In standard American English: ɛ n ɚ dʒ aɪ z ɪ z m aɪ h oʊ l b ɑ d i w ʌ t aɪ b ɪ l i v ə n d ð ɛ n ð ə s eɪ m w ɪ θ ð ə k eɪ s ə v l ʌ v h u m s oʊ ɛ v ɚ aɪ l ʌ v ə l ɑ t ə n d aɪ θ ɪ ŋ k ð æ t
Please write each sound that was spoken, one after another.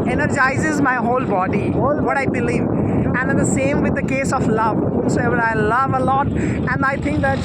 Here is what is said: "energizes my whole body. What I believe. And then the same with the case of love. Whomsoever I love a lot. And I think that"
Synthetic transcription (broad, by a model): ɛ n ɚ dʒ aɪ z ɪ z m aɪ h oʊ l b ɑ d i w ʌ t aɪ b ɪ l i v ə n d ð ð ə s eɪ m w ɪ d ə k eɪ s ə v l ʌ v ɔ s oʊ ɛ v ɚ aɪ l ʌ v ə l ɑ t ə n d aɪ t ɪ ŋ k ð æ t